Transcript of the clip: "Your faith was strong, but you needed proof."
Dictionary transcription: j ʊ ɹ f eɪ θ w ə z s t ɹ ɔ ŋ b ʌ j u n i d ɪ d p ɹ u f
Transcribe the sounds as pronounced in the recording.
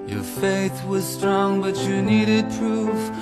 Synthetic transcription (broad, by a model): j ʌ ɹ f eɪ θ w ə z s t ɹ ɔ ŋ b ʌ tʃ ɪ n i d ɪ d p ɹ u f